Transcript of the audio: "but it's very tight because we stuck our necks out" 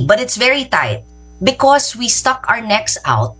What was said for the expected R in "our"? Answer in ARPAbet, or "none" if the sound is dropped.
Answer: R